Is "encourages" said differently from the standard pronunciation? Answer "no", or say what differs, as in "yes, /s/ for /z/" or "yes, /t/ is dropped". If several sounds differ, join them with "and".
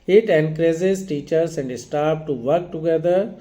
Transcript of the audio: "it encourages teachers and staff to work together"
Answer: yes, /z/ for /dʒ/